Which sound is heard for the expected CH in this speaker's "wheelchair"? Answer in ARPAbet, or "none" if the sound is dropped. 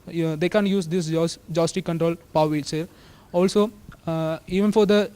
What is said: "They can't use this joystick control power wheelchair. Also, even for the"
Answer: S